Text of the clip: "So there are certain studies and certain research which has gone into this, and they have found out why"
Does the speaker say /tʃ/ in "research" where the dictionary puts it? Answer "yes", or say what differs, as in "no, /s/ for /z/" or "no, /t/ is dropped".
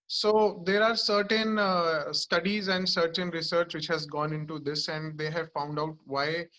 yes